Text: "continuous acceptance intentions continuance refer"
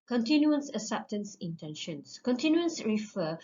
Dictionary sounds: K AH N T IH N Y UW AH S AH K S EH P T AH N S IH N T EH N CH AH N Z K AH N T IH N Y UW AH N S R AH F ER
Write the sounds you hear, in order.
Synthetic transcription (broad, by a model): K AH N T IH N Y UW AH S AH S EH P T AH N S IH N T EH N SH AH N S K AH N T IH N Y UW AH N S R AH F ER